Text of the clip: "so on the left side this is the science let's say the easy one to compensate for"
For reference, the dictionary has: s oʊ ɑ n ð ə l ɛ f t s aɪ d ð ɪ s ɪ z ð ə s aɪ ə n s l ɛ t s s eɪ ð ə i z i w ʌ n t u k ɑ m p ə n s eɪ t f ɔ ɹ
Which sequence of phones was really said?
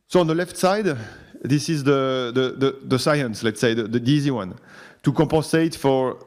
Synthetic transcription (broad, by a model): s oʊ ɑ n ð ə l ɛ f t s aɪ d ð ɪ s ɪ z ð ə s aɪ ə n s l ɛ t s s eɪ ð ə i z i w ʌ n t u k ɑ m p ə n s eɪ t f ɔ ɹ